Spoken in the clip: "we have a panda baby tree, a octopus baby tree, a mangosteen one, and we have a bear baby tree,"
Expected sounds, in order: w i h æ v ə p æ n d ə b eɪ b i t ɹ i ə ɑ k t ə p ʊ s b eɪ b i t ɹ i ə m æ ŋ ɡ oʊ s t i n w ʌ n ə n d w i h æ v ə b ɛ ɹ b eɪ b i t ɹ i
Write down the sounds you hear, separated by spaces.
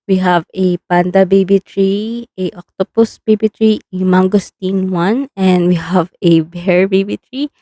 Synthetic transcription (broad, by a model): w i h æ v ə p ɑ n d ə b eɪ b i t ɹ i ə ɑ k t ə p ʊ s b eɪ b i t ɹ i ə m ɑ ŋ ɡ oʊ s t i n w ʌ n ə n d w i h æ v ə b ɛ ɹ b eɪ b i t ɹ i